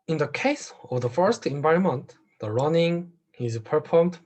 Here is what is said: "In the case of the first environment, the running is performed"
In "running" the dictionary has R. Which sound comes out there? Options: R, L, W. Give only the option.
R